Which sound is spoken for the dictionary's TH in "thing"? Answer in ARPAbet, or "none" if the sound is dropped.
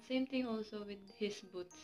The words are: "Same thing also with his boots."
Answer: T